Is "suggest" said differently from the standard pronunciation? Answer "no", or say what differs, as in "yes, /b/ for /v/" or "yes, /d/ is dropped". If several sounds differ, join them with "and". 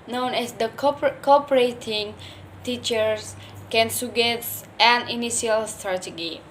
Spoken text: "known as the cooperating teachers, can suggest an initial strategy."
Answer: yes, /dʒ/ is dropped